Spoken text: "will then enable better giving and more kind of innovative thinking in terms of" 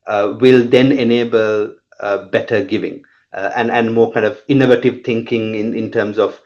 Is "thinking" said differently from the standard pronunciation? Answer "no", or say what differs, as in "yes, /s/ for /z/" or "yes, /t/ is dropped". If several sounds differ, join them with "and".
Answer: yes, /t/ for /θ/